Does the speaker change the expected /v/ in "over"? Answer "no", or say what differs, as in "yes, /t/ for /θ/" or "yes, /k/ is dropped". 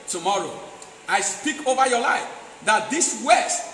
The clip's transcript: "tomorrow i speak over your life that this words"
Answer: no